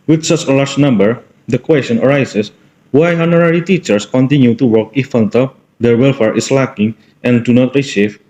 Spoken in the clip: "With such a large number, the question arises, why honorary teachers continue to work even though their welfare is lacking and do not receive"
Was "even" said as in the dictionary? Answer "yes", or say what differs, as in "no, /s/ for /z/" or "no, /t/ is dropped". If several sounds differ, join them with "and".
no, /f/ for /v/